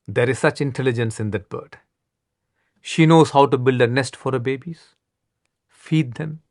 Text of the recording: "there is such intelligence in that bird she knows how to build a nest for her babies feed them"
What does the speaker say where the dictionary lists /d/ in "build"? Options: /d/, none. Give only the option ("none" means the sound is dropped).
/d/